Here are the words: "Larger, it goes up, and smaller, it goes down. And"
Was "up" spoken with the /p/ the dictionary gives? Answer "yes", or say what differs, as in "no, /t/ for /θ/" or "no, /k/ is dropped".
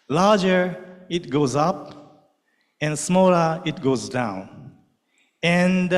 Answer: yes